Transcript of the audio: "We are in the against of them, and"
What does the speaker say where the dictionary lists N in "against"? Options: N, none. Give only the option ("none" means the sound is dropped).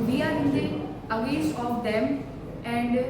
none